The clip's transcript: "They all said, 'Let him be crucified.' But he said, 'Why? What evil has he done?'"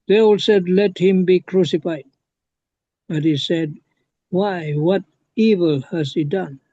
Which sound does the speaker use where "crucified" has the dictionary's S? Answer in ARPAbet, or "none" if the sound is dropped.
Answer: S